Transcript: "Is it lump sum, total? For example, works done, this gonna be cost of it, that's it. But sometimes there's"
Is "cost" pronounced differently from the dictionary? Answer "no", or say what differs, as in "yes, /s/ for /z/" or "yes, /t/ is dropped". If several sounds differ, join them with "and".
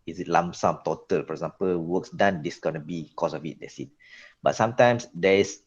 yes, /t/ is dropped